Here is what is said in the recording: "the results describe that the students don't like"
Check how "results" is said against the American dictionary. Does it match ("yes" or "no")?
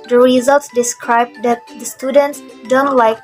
yes